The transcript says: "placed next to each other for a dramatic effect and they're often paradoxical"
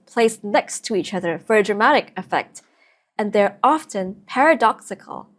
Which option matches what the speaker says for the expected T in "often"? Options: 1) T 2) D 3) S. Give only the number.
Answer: 1